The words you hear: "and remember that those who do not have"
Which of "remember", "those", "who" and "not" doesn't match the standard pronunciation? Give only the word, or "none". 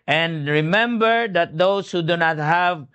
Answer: those